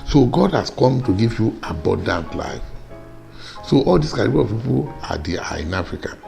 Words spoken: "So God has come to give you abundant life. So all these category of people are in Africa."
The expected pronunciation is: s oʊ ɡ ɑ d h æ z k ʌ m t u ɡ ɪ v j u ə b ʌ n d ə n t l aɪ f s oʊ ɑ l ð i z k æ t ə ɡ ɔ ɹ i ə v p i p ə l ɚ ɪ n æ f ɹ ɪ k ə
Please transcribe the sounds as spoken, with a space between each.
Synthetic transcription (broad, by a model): s oʊ ɡ ɑ d h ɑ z k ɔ m t u ɡ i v j u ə b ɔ n d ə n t l aɪ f s oʊ ɑ l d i s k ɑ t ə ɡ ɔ l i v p i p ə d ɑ ɪ n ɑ f ɹ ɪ k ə